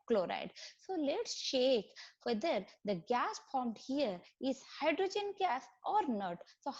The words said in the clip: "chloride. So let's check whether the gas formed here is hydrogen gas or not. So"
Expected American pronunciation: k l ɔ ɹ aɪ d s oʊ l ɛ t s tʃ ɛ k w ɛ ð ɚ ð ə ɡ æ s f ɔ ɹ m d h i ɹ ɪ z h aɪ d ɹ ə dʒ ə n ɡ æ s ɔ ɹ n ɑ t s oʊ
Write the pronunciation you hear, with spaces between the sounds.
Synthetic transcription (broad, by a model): k l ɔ ɹ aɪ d s oʊ l ɛ t s ʃ ɛ k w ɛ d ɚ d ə ɡ æ s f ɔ ɹ m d h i ɹ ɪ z h aɪ d ɹ ə dʒ ə n ɡ æ s ɔ ɹ n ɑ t s oʊ